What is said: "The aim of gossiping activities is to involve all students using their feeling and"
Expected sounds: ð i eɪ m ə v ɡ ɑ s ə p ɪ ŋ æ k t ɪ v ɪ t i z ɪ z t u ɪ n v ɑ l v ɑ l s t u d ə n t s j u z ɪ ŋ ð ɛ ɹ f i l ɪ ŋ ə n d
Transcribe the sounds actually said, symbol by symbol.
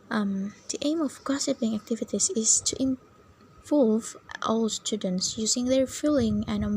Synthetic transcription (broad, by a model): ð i eɪ m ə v ɡ ɑ s ə p ɪ ŋ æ k t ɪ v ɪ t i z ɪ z t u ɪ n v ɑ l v ɑ l s t u d ə n t s j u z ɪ ŋ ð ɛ ɹ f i l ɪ ŋ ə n